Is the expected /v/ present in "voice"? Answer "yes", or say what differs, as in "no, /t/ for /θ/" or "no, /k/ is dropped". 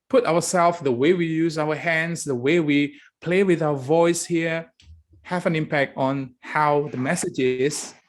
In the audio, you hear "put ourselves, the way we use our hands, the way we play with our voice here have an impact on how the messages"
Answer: yes